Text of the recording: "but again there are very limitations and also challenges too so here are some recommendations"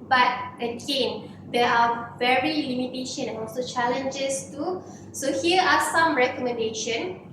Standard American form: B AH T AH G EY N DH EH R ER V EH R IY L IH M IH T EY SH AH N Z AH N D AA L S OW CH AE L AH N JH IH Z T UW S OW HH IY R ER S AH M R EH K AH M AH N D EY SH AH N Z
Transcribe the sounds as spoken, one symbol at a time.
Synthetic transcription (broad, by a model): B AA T AH G EY N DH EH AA V EH R IY L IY M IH T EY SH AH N AH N AA L S OW CH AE L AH N JH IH S T UW S OW HH IY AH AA S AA M R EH K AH M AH N D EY SH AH N